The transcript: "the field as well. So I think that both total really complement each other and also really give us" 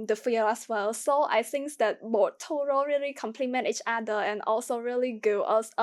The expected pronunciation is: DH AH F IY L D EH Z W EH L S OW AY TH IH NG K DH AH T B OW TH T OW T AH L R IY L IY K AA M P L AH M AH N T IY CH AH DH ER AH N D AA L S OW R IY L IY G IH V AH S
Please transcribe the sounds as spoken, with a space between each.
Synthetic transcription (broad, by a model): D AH F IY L EH S W EH L S OW AY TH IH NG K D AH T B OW T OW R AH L R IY L IY K AA M P L AH M AH N T IY CH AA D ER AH N AA L S OW R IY L IY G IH AH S